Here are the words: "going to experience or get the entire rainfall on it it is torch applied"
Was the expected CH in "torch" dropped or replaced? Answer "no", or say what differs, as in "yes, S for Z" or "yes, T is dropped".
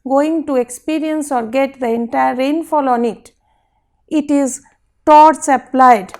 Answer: yes, S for CH